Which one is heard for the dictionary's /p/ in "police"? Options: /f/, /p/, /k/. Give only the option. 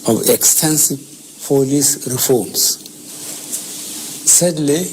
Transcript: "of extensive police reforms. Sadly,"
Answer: /f/